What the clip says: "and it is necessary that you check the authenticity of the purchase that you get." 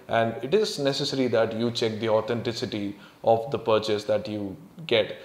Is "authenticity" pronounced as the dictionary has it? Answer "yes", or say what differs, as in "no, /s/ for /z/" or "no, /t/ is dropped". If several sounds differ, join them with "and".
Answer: no, /t/ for /θ/